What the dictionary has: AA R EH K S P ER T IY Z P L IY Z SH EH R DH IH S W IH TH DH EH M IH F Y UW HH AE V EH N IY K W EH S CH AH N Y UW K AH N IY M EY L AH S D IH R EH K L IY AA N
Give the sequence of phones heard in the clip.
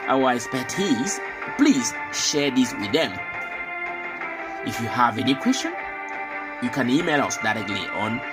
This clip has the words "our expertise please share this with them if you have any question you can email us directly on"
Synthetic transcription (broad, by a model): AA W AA S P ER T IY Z P L IY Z SH EH R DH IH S W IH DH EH M IH F Y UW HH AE V EH N IY K W EH S CH AH N Y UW K AH N IY M EY L AH S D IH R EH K L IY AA N